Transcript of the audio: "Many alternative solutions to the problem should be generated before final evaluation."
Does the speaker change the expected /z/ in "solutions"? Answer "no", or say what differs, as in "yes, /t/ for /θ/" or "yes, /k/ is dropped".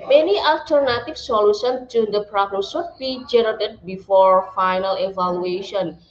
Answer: yes, /z/ is dropped